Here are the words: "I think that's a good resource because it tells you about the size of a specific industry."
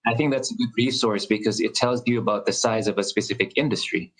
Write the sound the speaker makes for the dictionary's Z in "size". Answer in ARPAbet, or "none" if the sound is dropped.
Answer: Z